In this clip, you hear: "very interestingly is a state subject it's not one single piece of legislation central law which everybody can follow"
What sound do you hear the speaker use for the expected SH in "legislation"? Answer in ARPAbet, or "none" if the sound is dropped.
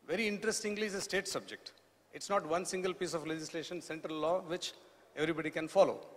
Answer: SH